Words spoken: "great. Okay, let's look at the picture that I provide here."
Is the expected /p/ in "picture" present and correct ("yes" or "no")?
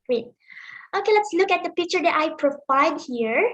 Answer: yes